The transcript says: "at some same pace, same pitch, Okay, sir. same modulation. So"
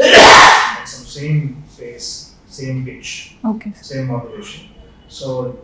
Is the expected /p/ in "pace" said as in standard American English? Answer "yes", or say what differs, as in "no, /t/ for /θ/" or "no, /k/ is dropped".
no, /f/ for /p/